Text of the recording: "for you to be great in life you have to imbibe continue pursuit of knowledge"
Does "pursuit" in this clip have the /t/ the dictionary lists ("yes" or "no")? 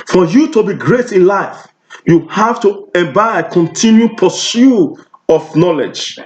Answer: no